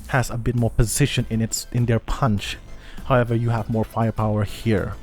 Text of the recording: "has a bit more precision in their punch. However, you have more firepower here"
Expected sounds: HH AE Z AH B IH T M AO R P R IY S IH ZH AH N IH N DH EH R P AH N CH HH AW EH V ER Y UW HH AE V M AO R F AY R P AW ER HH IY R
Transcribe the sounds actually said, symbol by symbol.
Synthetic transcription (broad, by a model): HH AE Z AH B IH T M AO R P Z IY SH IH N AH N IH N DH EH R P AH N CH HH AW EH V ER Y UW HH AE V M AO R F AY R P AW ER HH IY R